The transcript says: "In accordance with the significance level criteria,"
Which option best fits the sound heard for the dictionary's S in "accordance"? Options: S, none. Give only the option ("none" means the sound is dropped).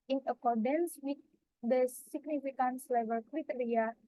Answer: S